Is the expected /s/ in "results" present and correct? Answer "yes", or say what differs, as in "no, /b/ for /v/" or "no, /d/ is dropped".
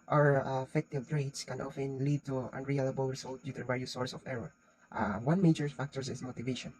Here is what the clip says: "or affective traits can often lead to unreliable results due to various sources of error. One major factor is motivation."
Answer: no, /s/ is dropped